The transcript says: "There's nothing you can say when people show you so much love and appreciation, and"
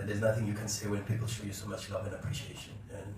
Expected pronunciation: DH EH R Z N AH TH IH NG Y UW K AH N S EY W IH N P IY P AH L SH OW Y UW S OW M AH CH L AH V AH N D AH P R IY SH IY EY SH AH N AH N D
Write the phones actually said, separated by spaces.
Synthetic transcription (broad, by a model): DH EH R Z N AH TH IH NG Y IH K AH N S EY W IH N P IY P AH L SH OW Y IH S OW M AH CH L AH V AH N AH P R IY SH IY EY SH AH N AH N